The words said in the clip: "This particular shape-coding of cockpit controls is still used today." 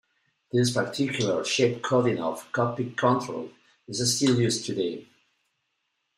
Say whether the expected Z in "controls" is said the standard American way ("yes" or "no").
no